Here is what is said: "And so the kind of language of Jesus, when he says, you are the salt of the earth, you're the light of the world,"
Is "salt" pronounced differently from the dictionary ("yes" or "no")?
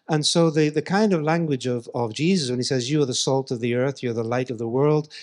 no